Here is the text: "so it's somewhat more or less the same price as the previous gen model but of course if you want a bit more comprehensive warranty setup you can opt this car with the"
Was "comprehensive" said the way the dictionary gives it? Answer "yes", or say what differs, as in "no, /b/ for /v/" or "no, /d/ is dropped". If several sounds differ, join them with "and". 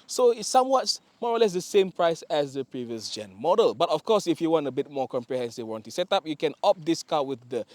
yes